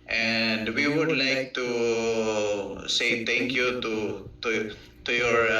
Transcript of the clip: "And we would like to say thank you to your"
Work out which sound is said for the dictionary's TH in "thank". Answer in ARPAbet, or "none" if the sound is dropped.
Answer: T